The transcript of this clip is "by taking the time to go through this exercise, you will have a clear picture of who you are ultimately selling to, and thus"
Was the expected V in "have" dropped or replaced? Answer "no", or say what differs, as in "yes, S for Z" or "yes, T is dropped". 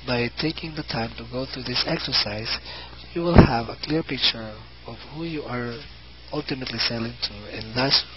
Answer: no